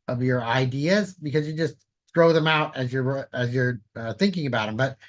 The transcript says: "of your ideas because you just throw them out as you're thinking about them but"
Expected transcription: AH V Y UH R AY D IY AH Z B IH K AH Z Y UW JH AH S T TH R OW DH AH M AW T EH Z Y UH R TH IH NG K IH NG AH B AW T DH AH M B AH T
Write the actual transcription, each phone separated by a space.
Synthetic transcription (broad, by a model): AH V Y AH R AY D IY AH Z B IH K AH Z Y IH JH AH S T TH R OW DH AH M AW T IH Z Y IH R TH IH NG K IH NG AH B AW T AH M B AH T